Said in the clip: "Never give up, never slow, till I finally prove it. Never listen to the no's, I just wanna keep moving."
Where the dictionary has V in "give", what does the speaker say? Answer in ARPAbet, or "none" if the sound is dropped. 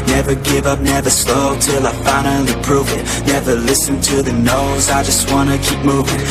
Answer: V